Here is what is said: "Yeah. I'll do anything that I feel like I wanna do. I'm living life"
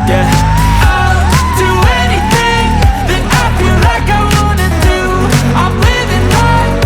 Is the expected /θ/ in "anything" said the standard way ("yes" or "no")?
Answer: yes